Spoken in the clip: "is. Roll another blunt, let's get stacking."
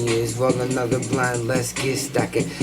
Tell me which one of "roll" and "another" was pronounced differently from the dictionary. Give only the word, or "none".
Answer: roll